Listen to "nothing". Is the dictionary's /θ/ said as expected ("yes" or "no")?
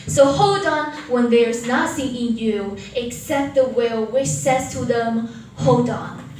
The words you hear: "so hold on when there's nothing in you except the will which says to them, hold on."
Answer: no